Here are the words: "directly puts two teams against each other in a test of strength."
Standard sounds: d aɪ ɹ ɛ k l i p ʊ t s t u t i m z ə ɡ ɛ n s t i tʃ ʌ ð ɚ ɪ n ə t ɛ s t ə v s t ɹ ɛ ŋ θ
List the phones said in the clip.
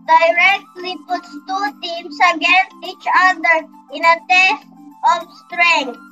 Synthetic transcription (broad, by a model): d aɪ ɹ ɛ k l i p ʊ t s t u t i m s ə ɡ ɛ n s t i tʃ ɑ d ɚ ɪ n ə t ɛ s t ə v s t ɹ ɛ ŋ